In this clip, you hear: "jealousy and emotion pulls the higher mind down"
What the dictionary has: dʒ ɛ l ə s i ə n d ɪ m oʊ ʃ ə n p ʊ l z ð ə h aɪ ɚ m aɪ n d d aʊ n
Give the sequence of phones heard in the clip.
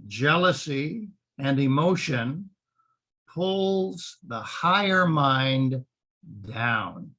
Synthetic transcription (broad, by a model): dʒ ɛ l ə s i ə n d ɪ m oʊ ʃ ə n p ʊ l z ð ə h aɪ ɚ m aɪ n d d aʊ n